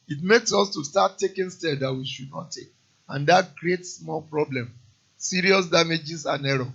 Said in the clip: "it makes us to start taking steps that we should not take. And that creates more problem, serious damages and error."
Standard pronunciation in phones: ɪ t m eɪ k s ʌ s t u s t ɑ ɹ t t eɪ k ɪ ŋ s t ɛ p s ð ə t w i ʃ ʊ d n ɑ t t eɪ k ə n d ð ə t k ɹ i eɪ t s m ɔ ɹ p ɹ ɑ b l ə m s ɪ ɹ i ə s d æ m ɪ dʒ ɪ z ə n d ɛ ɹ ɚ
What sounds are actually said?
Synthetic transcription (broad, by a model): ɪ t m eɪ k s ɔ s t u s t ɑ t t eɪ k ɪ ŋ s t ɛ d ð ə t w i ʃ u d n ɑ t t eɪ k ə n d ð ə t k ɹ i eɪ t s m ɔ l p ɹ ɑ b l ə m s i ɹ i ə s d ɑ m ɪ dʒ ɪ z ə n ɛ ɹ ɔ